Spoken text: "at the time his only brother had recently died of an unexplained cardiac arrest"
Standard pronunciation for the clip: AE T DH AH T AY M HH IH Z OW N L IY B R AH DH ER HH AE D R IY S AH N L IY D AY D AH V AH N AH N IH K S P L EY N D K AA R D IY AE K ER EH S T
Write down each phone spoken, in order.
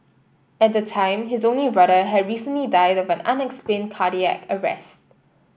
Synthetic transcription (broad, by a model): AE T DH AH T AY M HH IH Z OW N L IY B R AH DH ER HH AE D R IY S AH N L IY D AY D AH V AH N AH N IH K S P L EY N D K AA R D IY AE K ER EH S T